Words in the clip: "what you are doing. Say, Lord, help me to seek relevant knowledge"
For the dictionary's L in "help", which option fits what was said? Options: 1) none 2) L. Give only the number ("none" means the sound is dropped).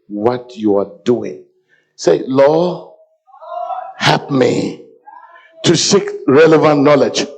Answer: 1